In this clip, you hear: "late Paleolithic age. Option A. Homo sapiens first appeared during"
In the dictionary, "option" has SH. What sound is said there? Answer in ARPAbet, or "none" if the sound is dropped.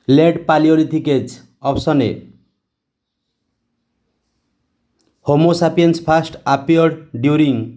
S